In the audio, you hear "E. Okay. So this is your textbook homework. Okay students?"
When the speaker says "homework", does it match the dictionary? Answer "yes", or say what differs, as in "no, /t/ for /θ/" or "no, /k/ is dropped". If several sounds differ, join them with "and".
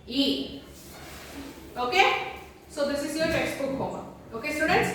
no, /k/ is dropped